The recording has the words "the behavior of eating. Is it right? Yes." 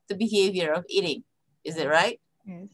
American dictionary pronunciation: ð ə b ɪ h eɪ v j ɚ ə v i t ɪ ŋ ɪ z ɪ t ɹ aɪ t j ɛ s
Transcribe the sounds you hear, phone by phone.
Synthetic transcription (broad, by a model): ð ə b ɪ h eɪ v j ɚ ə v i t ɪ ŋ ɪ z ɪ t ɹ aɪ t